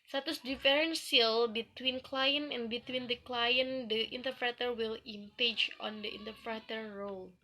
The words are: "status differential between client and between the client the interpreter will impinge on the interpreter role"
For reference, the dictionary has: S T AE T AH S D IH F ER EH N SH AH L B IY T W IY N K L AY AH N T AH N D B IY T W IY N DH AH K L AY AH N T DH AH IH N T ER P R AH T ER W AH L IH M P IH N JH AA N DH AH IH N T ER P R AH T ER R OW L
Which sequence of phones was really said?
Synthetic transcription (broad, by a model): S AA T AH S D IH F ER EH N S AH L B IY T W IY N K L AY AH N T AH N B IY T W IY N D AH K L AY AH N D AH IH N T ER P R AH T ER W AH L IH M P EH JH AA N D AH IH N T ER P R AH T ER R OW L